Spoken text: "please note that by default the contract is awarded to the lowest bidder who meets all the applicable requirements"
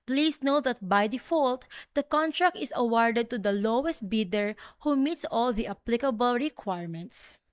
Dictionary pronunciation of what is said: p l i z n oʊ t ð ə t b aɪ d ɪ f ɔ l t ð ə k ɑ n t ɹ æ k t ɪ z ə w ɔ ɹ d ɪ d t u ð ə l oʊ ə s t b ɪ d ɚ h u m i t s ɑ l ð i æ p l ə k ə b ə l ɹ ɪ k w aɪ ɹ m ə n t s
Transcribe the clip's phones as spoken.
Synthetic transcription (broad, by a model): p l i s n oʊ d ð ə t b aɪ d ɪ f ɔ l t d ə k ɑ n t ɹ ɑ k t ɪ s ə w ɔ ɹ d ɪ d t u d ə l oʊ ə s t b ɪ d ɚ h u m i t s ɑ l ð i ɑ p l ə k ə b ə l ɹ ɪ k w aɪ ɹ m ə n t s